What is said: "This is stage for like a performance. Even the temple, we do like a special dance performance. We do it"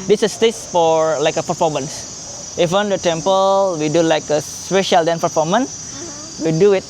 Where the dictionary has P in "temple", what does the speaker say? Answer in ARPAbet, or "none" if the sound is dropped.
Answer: P